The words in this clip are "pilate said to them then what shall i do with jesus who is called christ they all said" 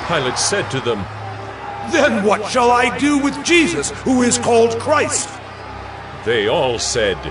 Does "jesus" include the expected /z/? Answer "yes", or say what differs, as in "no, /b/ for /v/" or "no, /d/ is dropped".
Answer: yes